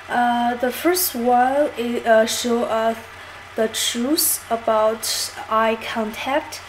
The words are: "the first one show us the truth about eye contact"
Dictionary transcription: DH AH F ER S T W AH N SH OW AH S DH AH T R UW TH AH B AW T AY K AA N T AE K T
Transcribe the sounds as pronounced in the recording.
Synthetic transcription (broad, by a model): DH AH F ER S T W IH L SH OW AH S DH AH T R UW S AH B AW T AY K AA N T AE K T